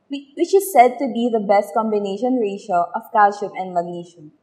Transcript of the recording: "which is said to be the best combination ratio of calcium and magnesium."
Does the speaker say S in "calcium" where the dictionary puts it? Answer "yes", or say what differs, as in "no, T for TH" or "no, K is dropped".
no, SH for S